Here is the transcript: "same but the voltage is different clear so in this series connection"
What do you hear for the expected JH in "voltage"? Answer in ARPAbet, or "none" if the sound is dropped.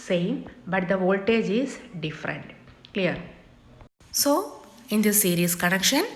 JH